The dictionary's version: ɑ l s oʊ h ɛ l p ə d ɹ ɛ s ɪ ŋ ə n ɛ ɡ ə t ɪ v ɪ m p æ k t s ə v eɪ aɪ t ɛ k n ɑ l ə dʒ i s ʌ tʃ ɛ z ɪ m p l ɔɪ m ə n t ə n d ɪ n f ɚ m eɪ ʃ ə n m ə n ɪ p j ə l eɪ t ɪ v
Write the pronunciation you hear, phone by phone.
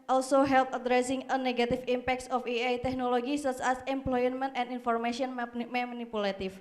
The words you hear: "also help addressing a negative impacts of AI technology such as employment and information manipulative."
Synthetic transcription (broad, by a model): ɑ l s oʊ h ɛ l p ə d ɹ ɛ s ɪ ŋ ə n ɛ ɡ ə t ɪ f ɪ m p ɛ k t s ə f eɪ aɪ t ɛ k n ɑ l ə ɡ i s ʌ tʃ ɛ s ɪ m p l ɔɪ m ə n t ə n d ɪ n f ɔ m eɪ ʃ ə n m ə n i p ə l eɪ t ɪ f